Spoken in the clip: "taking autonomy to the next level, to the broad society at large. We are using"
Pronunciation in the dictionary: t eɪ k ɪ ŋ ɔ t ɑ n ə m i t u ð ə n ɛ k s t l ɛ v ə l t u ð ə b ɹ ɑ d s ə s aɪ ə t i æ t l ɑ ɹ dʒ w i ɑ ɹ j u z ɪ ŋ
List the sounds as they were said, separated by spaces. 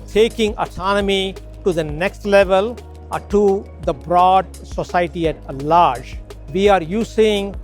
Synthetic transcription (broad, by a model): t eɪ k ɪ ŋ ɔ t ɑ n ə m i t u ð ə n ɛ k s t l ɛ v ə l t u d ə b ɹ ɑ d s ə s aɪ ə t i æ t l ɑ ɹ dʒ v i ɑ ɹ j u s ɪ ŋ